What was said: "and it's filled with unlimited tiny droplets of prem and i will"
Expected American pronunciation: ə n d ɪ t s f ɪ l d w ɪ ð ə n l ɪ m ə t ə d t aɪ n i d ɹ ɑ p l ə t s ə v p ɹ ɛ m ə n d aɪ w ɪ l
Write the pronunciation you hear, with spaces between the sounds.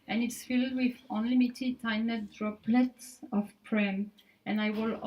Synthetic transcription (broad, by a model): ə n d ɪ t s f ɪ l d w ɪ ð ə n l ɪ m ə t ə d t aɪ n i d ɹ ɑ p l ə t s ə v p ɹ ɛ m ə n aɪ w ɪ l